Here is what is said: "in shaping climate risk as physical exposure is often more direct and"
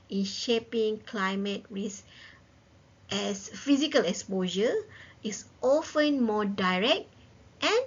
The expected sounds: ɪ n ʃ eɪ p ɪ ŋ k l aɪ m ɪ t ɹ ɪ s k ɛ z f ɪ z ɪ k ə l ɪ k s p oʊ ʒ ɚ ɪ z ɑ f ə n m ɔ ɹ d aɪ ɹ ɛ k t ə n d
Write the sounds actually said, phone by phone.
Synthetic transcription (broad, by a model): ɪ n ʃ eɪ p ɪ ŋ k l aɪ m ɪ t ɹ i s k ɛ s f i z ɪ k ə l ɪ k s p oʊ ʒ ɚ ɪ s ɑ f ə n m ɔ d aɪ ɹ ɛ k t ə n